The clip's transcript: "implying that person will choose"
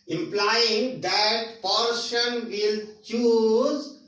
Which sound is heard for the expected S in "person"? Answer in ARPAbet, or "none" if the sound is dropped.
SH